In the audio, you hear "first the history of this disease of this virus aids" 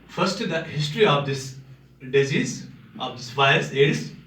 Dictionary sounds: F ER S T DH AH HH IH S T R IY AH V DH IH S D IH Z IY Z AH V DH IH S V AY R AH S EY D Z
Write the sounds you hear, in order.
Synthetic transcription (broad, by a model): F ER S T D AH HH IH S T R IY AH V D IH S D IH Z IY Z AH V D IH S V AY AH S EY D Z